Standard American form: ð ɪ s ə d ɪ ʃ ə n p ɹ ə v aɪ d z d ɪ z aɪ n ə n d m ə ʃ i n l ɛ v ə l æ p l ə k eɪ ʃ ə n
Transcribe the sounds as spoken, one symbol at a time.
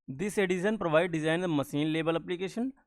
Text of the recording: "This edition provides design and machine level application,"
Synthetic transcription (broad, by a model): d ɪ s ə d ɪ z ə n p ɹ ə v aɪ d d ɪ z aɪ ə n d m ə s i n l ɛ b ə l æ p l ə k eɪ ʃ ə n